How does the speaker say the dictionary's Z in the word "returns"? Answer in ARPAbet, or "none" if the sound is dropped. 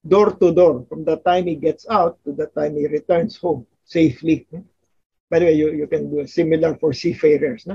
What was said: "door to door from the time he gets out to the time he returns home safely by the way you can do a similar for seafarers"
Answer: S